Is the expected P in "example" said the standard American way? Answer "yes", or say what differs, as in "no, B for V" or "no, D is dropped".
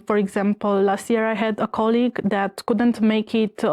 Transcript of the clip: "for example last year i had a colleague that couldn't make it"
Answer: yes